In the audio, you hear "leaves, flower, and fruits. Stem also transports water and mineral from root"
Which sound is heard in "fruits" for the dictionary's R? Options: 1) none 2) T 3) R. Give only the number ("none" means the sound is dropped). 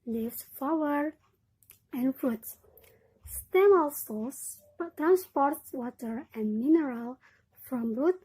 1